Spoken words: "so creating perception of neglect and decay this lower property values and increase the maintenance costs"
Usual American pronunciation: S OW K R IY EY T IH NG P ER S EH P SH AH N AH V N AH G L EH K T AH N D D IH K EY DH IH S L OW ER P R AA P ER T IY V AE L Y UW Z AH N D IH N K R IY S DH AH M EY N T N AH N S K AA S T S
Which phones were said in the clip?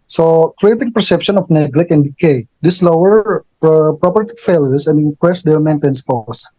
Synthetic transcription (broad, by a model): S OW K R IY EY T IH NG P ER S EH P SH AH N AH F N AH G L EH K AH N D D IH K EY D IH S L OW ER P R AA P ER T IY F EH L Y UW S AH N D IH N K R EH S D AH M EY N T AH N S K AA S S